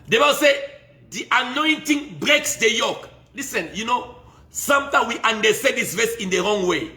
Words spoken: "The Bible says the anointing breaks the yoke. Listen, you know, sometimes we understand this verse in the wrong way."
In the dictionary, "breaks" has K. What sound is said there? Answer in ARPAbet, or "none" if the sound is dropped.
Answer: K